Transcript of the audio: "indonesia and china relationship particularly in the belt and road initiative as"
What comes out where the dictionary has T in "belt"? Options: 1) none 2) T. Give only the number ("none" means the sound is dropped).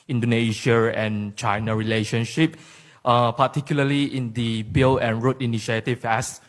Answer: 1